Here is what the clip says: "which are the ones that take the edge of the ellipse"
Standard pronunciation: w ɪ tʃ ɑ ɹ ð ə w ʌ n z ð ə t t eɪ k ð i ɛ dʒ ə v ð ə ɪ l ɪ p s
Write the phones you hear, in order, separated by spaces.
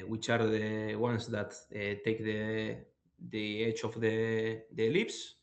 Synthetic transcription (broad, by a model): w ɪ tʃ ɑ ɹ ð ə w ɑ n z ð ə t t eɪ k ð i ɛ tʃ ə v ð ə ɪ l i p s